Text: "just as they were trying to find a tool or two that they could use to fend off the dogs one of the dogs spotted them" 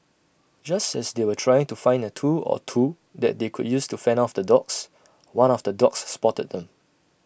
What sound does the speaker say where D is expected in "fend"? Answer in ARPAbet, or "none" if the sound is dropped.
none